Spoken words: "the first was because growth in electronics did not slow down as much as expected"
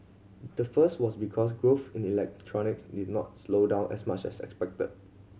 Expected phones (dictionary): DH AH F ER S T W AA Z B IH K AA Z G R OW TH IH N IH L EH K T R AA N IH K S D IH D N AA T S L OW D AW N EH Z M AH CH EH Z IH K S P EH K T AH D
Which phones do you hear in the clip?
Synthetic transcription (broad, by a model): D AH F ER S T W AA S B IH K AA S G R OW F IH N IH L EH K T R AA N IH K S D IH D N AA T S L OW D AW N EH S M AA CH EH S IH K S P EH K T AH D